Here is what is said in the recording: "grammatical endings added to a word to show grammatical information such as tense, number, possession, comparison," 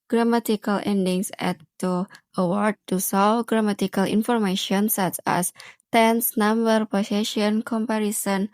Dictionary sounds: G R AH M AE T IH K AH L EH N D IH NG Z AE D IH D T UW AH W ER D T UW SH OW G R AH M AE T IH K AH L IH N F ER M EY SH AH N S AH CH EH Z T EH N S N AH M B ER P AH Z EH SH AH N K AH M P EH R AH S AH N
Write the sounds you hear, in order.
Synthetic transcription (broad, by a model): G R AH M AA T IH K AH L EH N D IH NG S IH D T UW AH W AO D T UW S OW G R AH M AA T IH K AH L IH N F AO M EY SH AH N S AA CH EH S T EH N S N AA M B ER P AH S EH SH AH N K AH M P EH R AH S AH N